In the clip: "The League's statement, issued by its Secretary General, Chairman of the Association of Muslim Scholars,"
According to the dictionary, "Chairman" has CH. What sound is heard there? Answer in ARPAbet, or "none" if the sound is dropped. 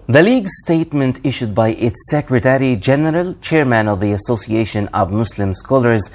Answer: CH